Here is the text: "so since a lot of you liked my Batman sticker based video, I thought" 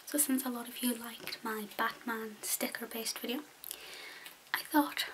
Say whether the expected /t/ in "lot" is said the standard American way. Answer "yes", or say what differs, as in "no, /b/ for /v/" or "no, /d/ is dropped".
yes